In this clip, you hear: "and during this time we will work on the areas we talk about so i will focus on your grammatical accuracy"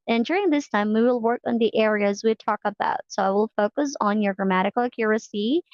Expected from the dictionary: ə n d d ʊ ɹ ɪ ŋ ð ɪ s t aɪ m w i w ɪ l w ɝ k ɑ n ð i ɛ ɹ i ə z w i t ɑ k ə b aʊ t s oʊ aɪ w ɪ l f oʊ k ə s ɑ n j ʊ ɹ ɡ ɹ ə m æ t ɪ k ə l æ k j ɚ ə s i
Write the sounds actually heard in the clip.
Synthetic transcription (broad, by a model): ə n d d ʊ ɹ ɪ ŋ ð ɪ s t aɪ m w i w ɪ l w ɝ k n ð i ɛ ɹ i ə z w i t ɑ k ə b aʊ t s oʊ aɪ w ɪ l f oʊ k ə s n j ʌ ɹ ɡ ɹ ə m æ t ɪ k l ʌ k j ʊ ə s i